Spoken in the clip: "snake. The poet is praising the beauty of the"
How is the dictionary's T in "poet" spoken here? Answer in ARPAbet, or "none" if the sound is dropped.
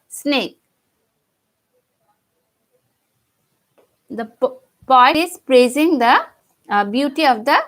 none